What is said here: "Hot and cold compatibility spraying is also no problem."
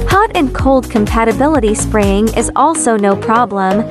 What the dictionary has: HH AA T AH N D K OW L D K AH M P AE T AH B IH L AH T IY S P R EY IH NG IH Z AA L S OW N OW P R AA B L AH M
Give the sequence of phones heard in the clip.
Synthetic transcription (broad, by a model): HH AA T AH N K OW L D K AH M P AE T AH B IH L AH T IY S P R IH IH NG IH Z AA L S OW N OW P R AA B L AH M